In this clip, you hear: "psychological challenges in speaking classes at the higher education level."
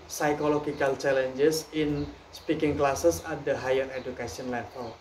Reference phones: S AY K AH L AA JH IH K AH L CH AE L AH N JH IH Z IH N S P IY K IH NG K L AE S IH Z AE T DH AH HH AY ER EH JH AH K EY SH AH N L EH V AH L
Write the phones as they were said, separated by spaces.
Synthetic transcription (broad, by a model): S AY K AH L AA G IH K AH L CH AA L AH N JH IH S IH N S P IY K IH NG K L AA S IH S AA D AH HH AY ER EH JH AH K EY S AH N L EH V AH L